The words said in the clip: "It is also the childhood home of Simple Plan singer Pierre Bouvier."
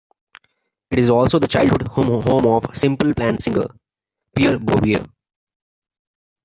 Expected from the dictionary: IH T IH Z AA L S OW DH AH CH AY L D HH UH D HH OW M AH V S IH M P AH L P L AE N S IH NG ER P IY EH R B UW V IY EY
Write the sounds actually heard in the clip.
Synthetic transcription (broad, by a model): IH T IH Z AA L S OW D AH CH AY L D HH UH D HH OW M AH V S IH M P AH L P L AE N S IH NG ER P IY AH R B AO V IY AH